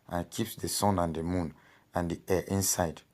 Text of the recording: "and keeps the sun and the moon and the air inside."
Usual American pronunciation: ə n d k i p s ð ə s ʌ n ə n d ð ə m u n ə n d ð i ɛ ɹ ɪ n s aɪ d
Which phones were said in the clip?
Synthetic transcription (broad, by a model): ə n k i p s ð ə s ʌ n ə n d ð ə m u n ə n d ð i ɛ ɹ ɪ n s aɪ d